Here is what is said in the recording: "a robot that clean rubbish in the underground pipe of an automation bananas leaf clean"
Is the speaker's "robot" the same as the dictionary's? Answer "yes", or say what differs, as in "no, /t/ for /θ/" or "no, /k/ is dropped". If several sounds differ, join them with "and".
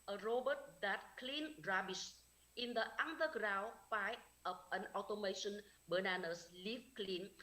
yes